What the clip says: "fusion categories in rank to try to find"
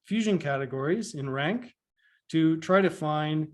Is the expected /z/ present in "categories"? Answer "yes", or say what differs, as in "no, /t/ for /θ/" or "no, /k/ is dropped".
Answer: yes